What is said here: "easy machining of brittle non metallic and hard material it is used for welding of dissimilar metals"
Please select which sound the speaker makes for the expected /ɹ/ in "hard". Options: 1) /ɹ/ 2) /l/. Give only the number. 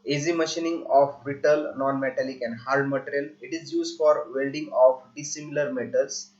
2